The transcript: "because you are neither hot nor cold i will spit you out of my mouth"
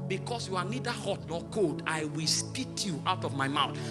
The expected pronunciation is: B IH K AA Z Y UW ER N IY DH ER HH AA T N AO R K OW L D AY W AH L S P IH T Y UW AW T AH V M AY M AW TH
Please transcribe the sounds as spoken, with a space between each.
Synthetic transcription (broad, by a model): B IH K AA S Y UW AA N IY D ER HH AA T N AO K OW L D AY W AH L S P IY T Y UW AW T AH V M AY M AW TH